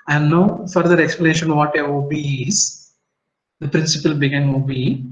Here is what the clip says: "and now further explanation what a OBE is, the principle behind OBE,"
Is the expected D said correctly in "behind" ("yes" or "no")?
no